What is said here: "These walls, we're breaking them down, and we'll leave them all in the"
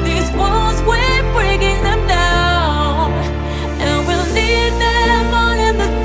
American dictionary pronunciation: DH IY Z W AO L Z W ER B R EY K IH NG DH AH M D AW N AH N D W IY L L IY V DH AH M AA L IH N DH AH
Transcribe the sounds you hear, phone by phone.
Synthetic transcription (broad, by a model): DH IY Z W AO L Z W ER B R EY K IH NG DH AH M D AW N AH N W IY L N IY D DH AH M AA N IH N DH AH